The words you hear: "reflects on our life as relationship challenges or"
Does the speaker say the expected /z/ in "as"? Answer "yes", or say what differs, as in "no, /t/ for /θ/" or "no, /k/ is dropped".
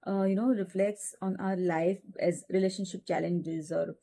yes